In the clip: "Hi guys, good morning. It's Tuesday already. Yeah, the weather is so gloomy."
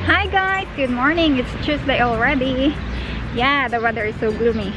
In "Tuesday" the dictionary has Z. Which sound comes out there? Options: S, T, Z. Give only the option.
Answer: S